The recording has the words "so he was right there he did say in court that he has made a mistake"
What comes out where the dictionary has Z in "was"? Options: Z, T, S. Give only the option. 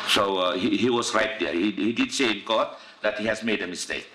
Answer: S